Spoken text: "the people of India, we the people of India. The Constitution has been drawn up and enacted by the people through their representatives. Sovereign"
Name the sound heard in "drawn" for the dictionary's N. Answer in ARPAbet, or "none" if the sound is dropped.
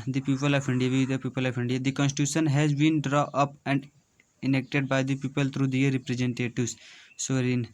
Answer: none